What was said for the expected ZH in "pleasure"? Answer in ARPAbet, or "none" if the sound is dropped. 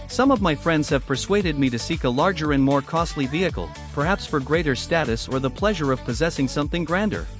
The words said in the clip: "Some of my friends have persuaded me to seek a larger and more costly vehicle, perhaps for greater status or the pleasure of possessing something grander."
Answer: ZH